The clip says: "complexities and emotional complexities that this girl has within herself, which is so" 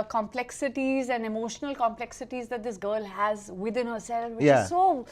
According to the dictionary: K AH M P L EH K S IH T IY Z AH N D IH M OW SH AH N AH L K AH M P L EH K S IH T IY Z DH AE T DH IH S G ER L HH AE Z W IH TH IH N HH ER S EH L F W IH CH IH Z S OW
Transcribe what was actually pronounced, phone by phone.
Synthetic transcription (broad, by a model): K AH M P L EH K S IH T IY Z AH N D IH M OW SH AH N AH L K AH M P L EH K S IH T IY Z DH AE T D IH S G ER L HH AE Z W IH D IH N HH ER S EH L F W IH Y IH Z S OW